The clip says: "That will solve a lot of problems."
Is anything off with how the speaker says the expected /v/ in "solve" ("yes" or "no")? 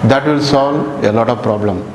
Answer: yes